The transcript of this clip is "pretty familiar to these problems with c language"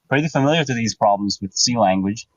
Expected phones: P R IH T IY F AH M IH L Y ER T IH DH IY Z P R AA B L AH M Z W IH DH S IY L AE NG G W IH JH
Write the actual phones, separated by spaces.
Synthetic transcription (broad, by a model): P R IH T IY F AH M IH L Y ER T IH DH IY Z P R AA B L AH M Z W IH DH S IY L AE NG G W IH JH